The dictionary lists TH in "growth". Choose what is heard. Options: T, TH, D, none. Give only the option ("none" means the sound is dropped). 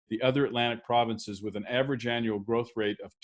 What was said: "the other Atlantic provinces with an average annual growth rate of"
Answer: TH